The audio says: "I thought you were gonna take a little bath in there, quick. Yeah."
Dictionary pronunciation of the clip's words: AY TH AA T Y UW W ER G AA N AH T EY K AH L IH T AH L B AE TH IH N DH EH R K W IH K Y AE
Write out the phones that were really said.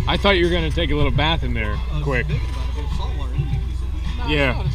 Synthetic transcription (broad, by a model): AY TH AA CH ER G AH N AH T EY K AH L IH T L B AE TH IH N DH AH R K W IH K Y AE